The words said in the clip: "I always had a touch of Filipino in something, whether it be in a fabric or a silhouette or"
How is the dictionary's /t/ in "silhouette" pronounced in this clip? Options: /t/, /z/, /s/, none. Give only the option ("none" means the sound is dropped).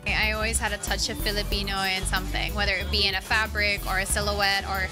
/t/